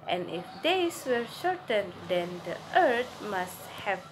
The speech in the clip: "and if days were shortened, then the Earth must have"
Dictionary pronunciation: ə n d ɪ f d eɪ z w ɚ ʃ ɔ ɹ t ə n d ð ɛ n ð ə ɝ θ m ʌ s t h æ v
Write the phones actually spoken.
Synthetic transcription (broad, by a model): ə n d ɪ f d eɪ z w ɚ ʃ ɔ ɹ t ə n d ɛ n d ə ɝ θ m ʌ s t h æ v